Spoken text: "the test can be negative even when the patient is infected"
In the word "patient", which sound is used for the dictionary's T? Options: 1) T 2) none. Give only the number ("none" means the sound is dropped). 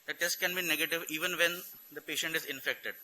1